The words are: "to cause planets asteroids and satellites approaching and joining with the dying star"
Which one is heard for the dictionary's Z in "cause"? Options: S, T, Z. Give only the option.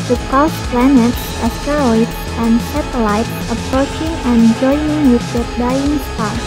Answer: S